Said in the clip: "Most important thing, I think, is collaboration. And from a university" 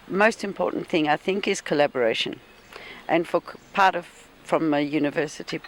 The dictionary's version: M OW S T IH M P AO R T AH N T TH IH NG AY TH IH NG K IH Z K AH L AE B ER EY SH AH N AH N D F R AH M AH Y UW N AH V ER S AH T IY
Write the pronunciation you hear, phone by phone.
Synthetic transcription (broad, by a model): M OW S T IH M P AO R T N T TH IH NG AY TH IH NG K IH Z K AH L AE B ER EY SH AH N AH N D F R AH M AH Y UW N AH V ER S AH T IY